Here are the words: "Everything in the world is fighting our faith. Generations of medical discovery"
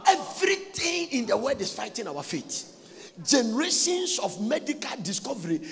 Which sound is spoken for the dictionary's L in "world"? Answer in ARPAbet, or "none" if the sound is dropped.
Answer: none